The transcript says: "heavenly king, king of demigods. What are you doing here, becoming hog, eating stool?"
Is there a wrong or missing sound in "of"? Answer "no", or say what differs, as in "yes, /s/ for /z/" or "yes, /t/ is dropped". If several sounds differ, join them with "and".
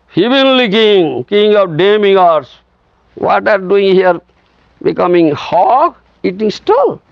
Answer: yes, /p/ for /v/